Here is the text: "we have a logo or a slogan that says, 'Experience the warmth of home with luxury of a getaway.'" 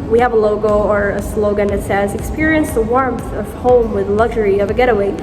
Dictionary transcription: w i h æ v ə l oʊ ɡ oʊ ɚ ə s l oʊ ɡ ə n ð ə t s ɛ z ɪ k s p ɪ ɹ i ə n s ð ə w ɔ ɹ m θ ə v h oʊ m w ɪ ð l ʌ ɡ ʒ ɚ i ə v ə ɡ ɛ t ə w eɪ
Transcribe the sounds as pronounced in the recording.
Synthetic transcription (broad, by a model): w i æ v ə l oʊ ɡ oʊ ɚ ə s l oʊ ɡ ə n ð ə t s ɛ z ɪ k s p ɪ ɹ i ə n s ð ə w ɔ ɹ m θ ə v h oʊ m w ɪ ð l ʌ ɡ ʒ ɚ i ə v ə ɡ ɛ t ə w eɪ